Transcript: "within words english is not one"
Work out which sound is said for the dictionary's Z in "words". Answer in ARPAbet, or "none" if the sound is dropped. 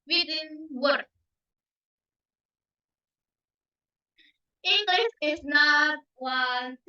none